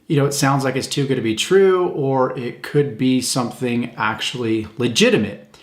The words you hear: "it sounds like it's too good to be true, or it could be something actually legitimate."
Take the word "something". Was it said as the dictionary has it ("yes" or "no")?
yes